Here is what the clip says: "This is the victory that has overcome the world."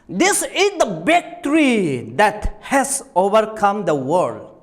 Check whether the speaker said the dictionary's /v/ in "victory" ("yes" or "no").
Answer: no